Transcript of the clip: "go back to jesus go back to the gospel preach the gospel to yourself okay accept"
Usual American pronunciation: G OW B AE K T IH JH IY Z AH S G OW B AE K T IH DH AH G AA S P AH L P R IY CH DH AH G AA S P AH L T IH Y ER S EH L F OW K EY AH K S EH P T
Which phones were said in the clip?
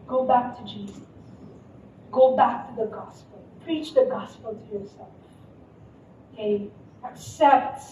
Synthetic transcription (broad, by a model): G OW B AE K T IH JH IY Z AH S G OW B AE K T IH DH AH G AA S P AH L P R IY CH DH AH G AA S P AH L T IH Y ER S EH L F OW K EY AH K S EH P T